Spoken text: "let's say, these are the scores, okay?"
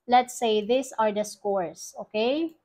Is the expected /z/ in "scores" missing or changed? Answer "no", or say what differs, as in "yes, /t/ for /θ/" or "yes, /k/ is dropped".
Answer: yes, /s/ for /z/